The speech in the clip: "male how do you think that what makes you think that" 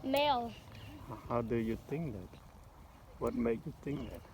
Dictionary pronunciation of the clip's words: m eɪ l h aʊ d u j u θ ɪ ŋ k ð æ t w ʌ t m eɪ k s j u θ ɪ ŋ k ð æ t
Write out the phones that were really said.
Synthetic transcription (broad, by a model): m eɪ l h aʊ d u j u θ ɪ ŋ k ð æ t w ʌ t m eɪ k j u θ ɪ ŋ k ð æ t